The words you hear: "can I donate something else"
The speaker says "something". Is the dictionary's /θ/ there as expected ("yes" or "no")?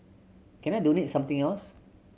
no